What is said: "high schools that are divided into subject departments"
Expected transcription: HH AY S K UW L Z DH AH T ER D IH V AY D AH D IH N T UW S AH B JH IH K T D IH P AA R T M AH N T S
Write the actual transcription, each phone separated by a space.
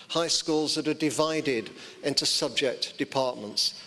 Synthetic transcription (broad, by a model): HH AY S K UW L Z DH AH T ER D IH V AY D AH D IH N T UW S AH B JH IH K T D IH P AA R T M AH N T S